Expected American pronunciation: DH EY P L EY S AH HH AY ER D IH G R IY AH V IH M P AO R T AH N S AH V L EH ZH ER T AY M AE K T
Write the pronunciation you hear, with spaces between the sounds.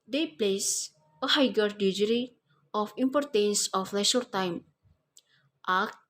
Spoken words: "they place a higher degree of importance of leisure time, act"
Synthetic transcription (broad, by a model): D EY P L EY S AH HH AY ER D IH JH R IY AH F IH M P AO R T AH N S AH F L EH SH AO T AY M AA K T